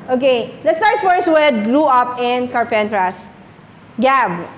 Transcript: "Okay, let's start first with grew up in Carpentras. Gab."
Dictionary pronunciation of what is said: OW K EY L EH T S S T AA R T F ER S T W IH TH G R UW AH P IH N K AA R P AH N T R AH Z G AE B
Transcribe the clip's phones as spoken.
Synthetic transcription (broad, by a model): OW K EY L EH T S S T AA R T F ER S W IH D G L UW AH P IH N K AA R P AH N T R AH S G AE B